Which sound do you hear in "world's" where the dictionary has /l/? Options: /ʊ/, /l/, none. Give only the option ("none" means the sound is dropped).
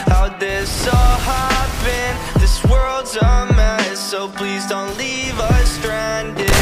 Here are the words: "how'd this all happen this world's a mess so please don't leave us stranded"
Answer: /l/